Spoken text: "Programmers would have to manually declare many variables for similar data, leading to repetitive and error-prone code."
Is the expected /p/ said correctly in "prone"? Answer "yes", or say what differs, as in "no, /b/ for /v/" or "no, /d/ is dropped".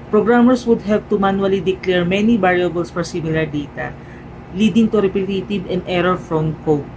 no, /f/ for /p/